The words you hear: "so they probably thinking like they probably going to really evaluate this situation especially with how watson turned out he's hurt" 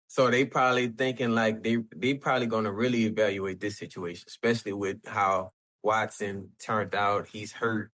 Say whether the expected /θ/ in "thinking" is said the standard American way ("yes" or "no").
yes